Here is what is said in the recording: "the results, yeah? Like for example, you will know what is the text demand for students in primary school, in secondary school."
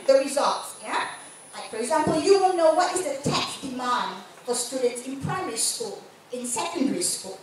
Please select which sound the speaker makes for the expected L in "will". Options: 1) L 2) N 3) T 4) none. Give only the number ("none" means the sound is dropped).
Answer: 2